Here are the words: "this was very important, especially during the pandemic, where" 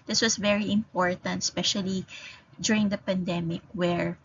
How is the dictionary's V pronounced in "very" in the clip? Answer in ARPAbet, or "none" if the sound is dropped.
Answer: V